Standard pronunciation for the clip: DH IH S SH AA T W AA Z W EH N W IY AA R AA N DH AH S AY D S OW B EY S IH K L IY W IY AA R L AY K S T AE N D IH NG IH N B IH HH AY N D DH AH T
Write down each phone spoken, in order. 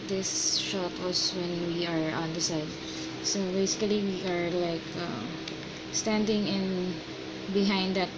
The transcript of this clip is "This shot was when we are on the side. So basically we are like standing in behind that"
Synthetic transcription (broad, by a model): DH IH S SH AA T W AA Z W EH N W IY AA R AA N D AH S AY D S OW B EY S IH K L IY W IY AA R L AY K S T AE N D IH NG IH N B IH HH AY N D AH T